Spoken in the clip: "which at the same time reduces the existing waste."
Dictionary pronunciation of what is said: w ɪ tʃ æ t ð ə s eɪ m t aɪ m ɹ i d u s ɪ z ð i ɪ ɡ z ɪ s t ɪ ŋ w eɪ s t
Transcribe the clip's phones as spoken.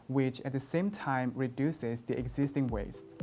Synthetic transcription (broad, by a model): w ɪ tʃ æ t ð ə s eɪ m t aɪ m ɹ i d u s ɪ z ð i ɪ ɡ z ɪ s t ɪ ŋ w eɪ s t